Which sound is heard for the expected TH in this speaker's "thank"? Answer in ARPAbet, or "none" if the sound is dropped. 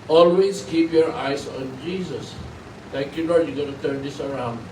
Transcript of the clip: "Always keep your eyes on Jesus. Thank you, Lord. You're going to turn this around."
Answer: T